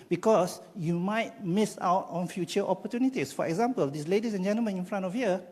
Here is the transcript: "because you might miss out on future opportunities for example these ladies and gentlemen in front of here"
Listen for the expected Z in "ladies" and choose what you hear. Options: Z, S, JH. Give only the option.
S